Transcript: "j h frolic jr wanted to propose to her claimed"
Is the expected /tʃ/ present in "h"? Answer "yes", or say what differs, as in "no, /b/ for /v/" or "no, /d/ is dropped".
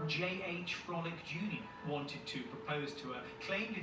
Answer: yes